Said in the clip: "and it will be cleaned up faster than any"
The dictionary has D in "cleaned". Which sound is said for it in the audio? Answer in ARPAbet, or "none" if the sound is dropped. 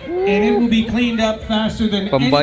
D